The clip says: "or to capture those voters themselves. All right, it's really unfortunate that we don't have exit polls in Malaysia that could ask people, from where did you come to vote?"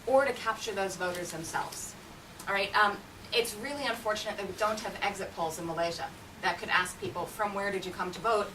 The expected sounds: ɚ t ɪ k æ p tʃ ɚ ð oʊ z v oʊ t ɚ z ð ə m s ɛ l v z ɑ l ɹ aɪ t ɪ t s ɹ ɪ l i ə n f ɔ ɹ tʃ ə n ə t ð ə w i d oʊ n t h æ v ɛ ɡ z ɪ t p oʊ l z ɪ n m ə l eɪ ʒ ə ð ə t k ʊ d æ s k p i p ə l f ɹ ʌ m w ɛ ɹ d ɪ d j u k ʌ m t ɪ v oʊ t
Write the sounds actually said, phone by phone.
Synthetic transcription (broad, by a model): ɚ t ɪ k æ p tʃ ɚ ð oʊ z v oʊ t ɚ z ð ə m s ɛ l v z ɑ ɹ aɪ t ɪ t s ɹ ɪ l i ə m f ɔ ɹ tʃ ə n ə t ð ə w i d oʊ n t h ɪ v ɛ ɡ z ɪ t p oʊ l z ɪ n m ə l eɪ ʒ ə ð ə t k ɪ d æ s k p i p l f ɹ ʌ m w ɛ ɹ d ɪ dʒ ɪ k ʌ m t ɪ v oʊ t